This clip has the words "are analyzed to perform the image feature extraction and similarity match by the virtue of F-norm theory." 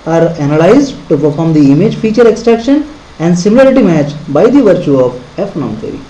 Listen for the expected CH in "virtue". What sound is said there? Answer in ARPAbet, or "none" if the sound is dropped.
CH